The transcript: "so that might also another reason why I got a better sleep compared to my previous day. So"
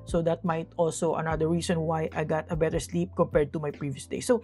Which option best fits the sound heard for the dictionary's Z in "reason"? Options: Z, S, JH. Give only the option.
S